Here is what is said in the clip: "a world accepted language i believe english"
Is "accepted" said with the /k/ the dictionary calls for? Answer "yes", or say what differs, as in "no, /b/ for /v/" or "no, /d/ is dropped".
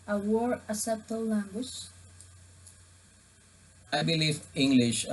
no, /k/ is dropped